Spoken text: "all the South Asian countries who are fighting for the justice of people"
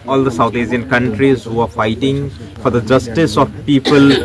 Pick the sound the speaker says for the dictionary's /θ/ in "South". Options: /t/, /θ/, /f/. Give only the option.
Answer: /t/